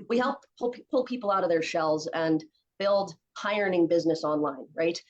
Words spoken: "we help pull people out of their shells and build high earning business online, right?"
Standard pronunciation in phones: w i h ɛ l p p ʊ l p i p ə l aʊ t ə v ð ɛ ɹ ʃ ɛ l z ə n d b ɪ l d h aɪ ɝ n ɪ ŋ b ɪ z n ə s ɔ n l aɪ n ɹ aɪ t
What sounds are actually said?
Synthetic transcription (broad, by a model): w i h ɛ l p p ʊ l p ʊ p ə l aʊ t ə v ð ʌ ɹ ʃ ɛ l z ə n b ɪ l d h aɪ ɝ n ɪ ŋ b ɪ z n ə s ɔ n l aɪ n ɹ aɪ t